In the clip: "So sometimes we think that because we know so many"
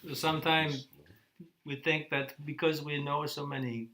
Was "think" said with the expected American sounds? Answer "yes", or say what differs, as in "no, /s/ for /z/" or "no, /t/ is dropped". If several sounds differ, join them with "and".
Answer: yes